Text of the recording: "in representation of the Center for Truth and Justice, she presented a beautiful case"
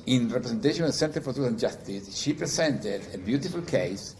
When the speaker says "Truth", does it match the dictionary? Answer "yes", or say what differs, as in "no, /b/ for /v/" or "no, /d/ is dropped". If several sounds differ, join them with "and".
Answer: no, /ɹ/ is dropped and /s/ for /θ/